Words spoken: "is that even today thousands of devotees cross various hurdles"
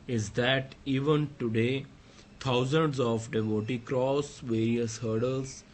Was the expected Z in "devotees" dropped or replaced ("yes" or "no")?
yes